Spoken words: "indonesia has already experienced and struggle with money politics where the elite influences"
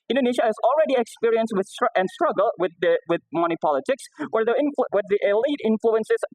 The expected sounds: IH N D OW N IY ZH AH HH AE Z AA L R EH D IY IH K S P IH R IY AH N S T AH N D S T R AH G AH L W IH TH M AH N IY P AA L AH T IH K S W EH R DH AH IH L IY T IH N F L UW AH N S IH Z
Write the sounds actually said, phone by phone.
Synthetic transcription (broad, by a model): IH N D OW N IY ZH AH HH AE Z AA L R EH D IY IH K S P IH R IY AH N S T AH N D S T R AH G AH L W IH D M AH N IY P AA L AH T IH K S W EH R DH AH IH L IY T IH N F L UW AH N S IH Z